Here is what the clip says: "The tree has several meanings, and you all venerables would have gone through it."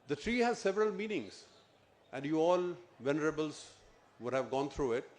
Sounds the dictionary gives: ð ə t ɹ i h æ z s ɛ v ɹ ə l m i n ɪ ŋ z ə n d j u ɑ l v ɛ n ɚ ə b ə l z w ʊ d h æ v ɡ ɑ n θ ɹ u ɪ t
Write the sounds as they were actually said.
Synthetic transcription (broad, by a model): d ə t ɹ i h æ z s ɛ v ɹ ə l m i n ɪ ŋ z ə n d j u ɑ l v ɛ n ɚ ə b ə l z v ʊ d h æ v ɡ ɑ n t ɹ u ɪ t